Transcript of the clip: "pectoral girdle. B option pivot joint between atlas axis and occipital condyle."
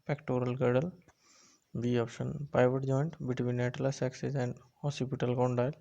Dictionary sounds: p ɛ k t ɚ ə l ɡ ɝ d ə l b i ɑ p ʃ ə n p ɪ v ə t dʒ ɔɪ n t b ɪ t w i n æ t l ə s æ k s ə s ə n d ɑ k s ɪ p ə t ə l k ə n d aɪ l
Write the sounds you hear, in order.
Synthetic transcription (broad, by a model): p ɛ k t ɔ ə l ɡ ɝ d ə l b i ɑ p ʃ ə n p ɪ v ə t dʒ ɔɪ n t b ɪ t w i n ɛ t l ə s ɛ k s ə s ə n d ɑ s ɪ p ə t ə l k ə n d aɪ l